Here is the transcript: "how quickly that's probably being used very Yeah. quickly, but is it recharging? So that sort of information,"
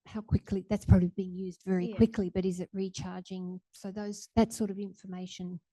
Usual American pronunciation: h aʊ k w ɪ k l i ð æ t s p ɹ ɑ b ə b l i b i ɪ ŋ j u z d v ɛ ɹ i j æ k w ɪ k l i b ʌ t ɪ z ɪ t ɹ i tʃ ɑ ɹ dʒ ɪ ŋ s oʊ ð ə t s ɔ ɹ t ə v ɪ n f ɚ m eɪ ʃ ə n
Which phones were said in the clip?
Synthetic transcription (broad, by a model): h aʊ k w ɪ k l i ð æ t s p ɹ ɑ b ə b l i b i ɪ ŋ j u z d v ɛ ɹ i k w ɪ k l i b ʌ t ɪ z ɪ t ɹ i tʃ ɑ ɹ dʒ ɪ ŋ s oʊ ð ə t s ɔ ɹ t ə v ɪ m f ɚ m eɪ ʃ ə n